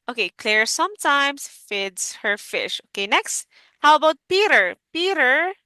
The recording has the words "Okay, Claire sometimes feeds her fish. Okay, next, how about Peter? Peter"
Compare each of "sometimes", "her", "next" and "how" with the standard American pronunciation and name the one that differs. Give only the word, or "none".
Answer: sometimes